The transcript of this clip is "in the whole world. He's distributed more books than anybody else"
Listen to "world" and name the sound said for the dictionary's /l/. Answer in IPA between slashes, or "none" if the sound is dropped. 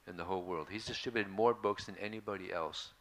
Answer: /l/